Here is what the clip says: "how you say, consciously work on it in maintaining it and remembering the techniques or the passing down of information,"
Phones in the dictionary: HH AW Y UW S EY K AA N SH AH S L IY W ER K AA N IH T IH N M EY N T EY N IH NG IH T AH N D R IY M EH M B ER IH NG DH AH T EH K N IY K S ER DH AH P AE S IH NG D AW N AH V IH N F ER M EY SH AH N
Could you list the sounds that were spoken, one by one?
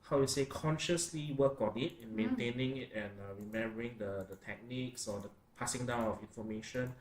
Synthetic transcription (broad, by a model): HH AW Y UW S EY K AA N SH AH S L IY W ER K AA N IH T IH N M EY N T EY N IH NG IH T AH N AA R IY M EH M B ER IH NG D AH T EH K N IY K S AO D AH P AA S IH NG D AW N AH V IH N F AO M EY SH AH N